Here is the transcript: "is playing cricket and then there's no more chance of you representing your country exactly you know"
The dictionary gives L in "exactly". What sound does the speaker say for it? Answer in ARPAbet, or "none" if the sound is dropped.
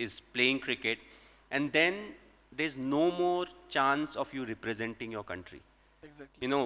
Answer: none